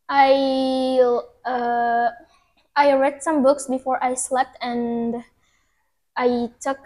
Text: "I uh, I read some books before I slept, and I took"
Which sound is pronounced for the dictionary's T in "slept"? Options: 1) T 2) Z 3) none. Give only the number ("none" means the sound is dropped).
1